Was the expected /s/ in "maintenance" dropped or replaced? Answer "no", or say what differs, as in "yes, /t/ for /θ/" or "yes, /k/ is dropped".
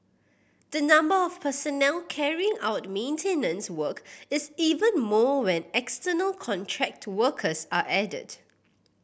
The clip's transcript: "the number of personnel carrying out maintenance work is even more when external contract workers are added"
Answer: no